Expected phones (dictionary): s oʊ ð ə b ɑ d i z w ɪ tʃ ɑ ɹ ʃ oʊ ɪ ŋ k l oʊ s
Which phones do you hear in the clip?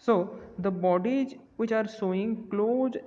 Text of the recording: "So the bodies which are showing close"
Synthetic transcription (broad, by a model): s oʊ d ə b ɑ d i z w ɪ tʃ ɑ ɹ s oʊ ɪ ŋ k l oʊ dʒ